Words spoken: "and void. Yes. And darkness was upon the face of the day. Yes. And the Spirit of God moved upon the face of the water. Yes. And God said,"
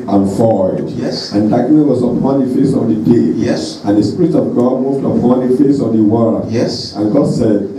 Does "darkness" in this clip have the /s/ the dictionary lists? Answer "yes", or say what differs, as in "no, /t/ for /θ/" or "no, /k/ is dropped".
no, /s/ is dropped